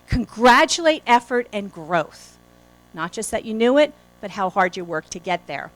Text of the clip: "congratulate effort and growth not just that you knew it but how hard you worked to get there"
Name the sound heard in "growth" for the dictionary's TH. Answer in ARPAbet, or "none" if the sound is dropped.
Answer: TH